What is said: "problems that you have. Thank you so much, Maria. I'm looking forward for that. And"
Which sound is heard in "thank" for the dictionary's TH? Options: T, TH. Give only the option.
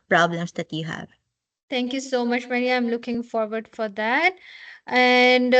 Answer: T